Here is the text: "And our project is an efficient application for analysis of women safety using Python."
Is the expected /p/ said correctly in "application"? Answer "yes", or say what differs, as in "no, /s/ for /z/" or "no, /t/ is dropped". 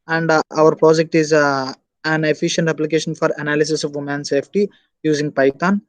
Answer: yes